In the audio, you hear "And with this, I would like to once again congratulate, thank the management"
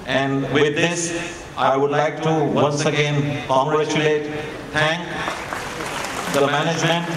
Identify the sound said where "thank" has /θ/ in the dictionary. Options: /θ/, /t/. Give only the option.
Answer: /t/